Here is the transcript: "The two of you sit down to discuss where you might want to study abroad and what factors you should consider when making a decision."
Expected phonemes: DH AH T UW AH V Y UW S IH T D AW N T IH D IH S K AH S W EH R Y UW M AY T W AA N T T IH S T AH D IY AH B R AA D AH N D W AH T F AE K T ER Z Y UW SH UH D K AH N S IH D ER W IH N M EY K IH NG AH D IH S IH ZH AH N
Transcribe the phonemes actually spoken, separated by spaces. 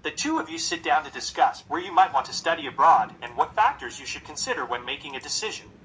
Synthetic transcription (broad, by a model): DH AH T UW AH V Y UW S IH T D AW N T IH D IH S K AH S W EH R Y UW M AY T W AA N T T IH S T AH D IY AH B R AA D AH N W AH T F AE K T ER Z Y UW SH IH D K AH N S IH D ER W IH N M EY K IH NG AH D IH S IH ZH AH N